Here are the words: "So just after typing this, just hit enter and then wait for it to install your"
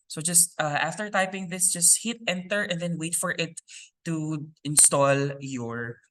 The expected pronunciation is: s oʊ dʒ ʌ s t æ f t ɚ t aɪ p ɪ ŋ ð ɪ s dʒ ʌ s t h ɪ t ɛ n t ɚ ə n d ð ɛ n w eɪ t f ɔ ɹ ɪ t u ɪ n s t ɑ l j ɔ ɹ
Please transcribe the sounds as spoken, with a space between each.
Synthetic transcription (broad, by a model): s oʊ dʒ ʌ s t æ f t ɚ t aɪ p ɪ ŋ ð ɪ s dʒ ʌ s t h ɪ t ɛ n t ɚ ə n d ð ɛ n w eɪ t f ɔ ɹ ɪ t u ɪ n s t ɑ l j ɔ ɹ